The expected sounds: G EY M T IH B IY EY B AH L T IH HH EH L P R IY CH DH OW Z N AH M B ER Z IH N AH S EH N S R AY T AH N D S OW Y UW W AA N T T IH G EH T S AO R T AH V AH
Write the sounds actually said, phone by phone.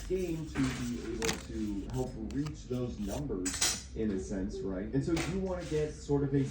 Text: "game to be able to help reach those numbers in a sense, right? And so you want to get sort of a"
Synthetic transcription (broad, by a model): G EY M T IH B IY EY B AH L T IH HH EH L P R IY CH DH OW Z N AH M B ER Z IH N AH S EH N S R AY T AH N S OW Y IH W AA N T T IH G EH T S AO R T AH V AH